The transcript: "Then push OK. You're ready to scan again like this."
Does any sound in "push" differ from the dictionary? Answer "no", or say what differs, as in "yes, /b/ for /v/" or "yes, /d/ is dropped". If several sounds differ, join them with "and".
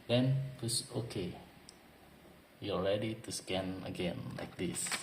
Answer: yes, /s/ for /ʃ/